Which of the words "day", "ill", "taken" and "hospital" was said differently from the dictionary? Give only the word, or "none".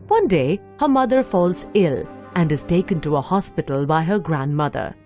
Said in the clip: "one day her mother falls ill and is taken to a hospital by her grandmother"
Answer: none